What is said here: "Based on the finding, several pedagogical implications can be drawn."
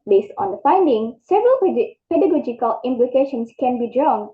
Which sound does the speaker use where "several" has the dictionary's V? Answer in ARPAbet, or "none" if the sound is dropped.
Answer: V